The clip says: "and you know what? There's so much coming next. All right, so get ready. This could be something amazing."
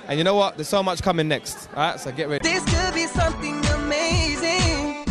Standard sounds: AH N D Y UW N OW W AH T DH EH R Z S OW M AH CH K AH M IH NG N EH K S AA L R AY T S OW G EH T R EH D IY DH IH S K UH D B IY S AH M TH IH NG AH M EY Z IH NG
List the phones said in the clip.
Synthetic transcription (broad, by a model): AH N Y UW N OW W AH T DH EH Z S OW M AH CH K AH M IH NG N EH K S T R AY T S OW G EH T R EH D DH IH S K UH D B IY S AH M TH IH NG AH M EY Z IH NG